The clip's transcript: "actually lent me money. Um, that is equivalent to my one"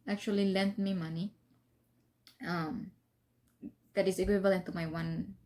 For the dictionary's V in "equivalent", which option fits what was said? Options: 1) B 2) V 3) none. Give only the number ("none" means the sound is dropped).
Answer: 1